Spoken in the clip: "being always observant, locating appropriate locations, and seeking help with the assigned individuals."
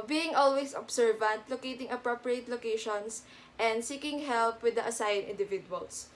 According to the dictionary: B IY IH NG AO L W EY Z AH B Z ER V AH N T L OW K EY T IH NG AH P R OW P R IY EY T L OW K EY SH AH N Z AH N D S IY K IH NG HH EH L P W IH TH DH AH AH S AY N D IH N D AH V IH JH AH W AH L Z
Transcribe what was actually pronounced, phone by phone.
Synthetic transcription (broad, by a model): B IY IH NG AO L W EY S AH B S ER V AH N T L OW K EY T IH NG AH P R OW P R IY EY T L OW K EY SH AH N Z AH N D S IY K IH NG HH EH L P W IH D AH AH S AY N IH N D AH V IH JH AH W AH L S